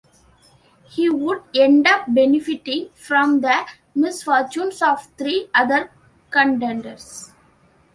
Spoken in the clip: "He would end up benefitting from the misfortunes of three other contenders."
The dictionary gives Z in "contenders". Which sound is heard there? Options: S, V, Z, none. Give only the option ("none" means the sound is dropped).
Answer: S